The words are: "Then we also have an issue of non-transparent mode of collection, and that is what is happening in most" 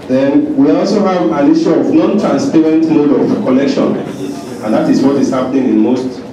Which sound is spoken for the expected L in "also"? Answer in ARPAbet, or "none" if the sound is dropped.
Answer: L